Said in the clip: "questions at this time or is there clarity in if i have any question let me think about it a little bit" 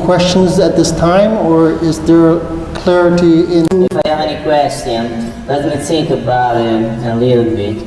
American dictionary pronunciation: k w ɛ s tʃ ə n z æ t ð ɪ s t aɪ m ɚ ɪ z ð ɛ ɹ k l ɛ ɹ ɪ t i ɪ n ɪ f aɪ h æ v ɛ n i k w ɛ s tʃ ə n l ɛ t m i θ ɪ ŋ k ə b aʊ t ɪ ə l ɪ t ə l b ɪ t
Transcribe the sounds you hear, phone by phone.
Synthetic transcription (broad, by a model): k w ɛ s tʃ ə n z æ t ð ɪ s t aɪ m ɚ ɪ z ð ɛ ɹ k l ɛ ɹ ɪ t i ɪ n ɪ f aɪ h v ɛ n i k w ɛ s tʃ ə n l ɛ t m i s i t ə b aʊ ɪ ə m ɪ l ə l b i